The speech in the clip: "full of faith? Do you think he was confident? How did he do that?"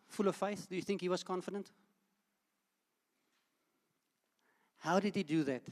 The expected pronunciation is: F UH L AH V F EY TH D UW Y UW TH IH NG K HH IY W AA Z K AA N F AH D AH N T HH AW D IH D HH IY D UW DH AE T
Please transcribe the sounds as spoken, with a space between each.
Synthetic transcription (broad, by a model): F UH L AH V F EY TH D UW Y UW TH IH NG K HH IY W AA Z K AA N F AH D AH N T HH AW D IH D HH IY D UW DH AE T